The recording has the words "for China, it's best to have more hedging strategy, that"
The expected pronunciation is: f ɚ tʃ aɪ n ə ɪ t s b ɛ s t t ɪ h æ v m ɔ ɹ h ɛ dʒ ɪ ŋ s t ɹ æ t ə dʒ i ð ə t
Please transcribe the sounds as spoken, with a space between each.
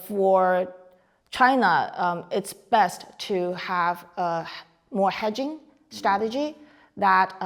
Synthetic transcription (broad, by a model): f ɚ tʃ aɪ n ə ɪ t s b ɛ s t t ɪ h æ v m ɔ ɹ h ɛ dʒ ɪ ŋ s t ɹ æ t ə dʒ i ð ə t